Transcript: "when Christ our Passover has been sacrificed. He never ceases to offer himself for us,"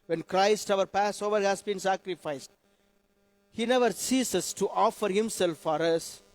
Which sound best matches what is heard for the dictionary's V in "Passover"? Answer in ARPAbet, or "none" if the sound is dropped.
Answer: V